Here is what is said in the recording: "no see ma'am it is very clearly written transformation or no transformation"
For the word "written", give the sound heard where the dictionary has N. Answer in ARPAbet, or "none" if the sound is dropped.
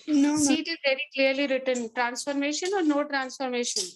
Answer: N